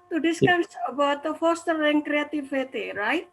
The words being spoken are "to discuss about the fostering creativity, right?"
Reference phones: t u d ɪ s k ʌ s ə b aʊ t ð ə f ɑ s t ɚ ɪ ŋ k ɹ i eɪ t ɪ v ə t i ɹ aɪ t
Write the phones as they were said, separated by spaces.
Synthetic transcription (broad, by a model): t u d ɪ s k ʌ s ə b aʊ t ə f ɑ s t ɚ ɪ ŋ k ɹ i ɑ t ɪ f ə t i ɹ aɪ t